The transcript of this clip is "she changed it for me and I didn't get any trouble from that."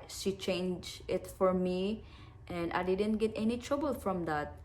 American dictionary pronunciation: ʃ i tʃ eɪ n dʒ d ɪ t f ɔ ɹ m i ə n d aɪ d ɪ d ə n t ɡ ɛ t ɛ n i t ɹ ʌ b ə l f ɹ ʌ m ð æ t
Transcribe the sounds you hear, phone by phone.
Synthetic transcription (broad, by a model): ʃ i tʃ eɪ n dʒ ɪ t f ɔ ɹ m i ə n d aɪ d ɪ d ə n t ɡ ɛ t ɛ n i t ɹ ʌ b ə l f ɹ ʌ m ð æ t